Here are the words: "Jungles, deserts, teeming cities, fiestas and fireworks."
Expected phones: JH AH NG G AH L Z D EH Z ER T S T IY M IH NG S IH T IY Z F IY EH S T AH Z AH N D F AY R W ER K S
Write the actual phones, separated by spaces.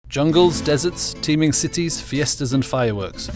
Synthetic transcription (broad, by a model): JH AH NG G AH L Z D EH Z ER T S T IY M IH NG S IH T IY Z F IY EH S T AH Z AH N F AY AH W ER K S